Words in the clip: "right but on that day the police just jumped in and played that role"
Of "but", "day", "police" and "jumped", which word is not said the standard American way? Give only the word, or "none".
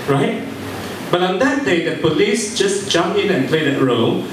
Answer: jumped